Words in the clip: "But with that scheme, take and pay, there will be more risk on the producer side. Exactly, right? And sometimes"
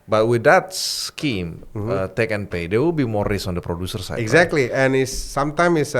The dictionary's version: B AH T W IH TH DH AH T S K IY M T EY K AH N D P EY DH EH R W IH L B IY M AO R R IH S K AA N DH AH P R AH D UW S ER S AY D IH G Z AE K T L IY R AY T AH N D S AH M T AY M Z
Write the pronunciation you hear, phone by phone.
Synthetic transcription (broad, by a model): B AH T W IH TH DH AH T S K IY M T EY K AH N P EY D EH W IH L B IY M AO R R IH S AA N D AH P R AH D UW S ER S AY IH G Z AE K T L IY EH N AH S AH M T AY M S